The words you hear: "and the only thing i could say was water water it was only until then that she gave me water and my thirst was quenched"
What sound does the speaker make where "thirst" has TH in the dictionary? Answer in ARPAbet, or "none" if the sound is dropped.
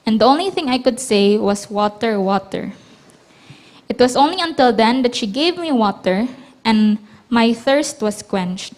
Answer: TH